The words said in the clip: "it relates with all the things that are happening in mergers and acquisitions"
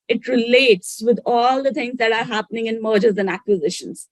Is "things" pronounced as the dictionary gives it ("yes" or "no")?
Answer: no